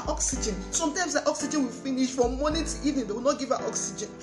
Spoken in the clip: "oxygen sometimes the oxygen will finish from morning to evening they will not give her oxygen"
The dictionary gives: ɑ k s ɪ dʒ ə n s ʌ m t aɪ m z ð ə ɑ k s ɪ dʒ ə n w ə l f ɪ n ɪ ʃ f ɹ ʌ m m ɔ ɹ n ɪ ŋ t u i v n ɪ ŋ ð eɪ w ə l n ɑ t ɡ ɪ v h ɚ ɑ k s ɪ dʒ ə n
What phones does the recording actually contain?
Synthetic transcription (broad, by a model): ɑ k s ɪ dʒ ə n s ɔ m t aɪ m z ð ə ɑ k s ɪ dʒ ə n w ə l f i n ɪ ʃ f ɹ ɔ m m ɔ n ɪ t u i n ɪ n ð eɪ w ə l n ɑ t ɡ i v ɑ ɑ k s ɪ dʒ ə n